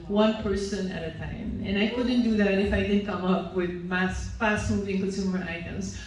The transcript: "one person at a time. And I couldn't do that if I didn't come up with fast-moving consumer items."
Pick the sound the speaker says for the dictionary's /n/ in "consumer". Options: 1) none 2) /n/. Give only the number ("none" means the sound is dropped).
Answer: 1